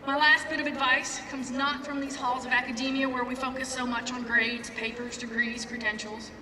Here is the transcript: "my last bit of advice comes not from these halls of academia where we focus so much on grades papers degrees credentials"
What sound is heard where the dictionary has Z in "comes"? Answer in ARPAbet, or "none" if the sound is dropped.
Z